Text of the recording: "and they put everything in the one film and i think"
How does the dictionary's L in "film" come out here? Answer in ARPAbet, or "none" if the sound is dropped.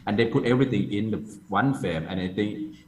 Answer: none